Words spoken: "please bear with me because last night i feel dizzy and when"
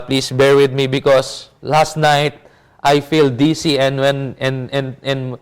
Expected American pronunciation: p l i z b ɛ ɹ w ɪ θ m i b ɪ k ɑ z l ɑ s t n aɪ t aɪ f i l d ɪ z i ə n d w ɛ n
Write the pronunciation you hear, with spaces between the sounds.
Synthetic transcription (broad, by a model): p l i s b ɛ ɹ w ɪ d m i b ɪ k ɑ s l ɑ s t n aɪ t aɪ f i l d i s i ə n d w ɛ n